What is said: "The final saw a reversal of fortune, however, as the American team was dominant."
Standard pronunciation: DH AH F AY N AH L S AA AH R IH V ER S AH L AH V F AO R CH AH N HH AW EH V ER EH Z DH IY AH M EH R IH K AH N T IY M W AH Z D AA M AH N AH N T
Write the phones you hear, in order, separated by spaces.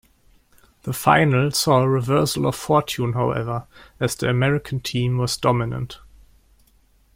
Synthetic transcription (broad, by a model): DH AH F AY N AH L S AA AH R IH V ER S AH L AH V F AO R CH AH N HH AW EH V ER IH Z DH IY AH M EH R IH K AH N T IY M W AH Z D AA M AH N AH N T